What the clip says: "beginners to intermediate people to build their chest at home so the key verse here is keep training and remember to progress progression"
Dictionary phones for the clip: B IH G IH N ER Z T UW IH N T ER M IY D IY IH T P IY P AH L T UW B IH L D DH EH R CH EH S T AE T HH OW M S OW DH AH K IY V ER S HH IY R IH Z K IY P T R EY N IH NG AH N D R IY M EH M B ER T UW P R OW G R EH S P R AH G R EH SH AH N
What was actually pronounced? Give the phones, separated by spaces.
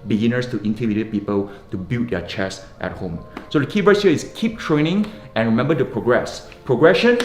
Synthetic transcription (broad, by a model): B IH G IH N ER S T UW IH N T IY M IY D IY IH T P IY P AH L T UW B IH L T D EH CH EH S T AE T HH OW M S OW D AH K IY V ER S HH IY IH S K IY P T R EY N IH NG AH N R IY M EH M B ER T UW P R OW G R EH S P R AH G R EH SH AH N